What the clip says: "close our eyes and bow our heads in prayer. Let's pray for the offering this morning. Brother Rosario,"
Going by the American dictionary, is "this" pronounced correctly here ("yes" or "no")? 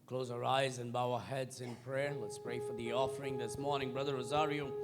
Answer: yes